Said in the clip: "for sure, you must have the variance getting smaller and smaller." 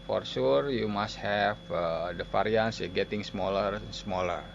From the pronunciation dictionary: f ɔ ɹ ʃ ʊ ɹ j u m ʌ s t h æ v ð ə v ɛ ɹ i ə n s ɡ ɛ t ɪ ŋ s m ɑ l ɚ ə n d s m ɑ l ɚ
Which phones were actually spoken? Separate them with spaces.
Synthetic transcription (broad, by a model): f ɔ ɹ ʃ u ɹ j u m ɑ s t h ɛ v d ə f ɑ ɹ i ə n s ɡ ɛ t ɪ ŋ s m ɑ l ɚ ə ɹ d s m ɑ l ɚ